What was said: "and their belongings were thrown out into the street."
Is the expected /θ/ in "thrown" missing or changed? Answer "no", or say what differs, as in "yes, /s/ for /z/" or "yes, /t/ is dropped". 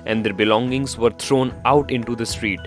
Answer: yes, /t/ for /θ/